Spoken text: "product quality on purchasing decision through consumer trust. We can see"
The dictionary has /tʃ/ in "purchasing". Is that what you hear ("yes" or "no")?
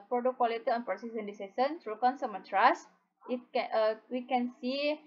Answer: no